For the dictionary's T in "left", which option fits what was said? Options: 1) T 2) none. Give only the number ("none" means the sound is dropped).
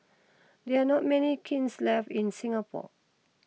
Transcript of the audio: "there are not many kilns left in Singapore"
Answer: 2